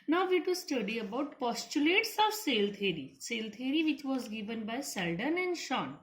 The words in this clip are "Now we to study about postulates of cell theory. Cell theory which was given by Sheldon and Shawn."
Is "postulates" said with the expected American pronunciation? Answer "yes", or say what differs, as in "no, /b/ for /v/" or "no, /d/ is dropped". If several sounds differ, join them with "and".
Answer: yes